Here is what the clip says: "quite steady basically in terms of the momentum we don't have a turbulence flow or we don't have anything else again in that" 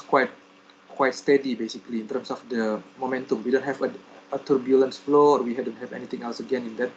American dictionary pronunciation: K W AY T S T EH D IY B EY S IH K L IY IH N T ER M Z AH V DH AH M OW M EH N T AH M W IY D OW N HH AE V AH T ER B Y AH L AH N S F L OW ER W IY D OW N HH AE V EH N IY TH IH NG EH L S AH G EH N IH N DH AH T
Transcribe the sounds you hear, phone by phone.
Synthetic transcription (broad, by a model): K W AY T S T EH D IY B EY S IH K L IY IH N T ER M S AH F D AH M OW M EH N T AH M W IY D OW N HH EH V AH T ER B Y AH L AH N S F L OW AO W IY D OW N HH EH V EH N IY T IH NG EH L S AH G EH N IH N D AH T